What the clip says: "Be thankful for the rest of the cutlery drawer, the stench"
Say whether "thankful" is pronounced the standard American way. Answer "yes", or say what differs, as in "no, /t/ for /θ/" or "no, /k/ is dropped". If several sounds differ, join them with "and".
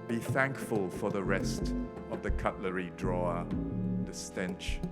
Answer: yes